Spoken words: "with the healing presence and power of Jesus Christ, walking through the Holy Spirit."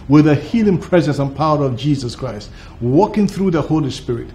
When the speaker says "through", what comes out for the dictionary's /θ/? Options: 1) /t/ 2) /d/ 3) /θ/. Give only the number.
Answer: 3